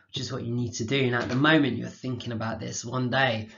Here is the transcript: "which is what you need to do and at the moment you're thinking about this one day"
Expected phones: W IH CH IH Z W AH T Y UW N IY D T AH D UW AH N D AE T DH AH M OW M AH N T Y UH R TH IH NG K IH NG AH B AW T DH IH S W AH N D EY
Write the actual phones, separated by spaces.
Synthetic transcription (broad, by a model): W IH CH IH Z W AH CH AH N IY D T AH D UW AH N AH T DH AH M OW M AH N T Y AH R TH IH NG K IH NG AH B AW T DH IH S W AH N D EY